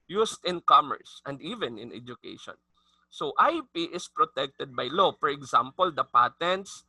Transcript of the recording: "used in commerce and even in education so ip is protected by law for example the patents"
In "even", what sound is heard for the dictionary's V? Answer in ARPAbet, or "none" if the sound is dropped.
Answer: V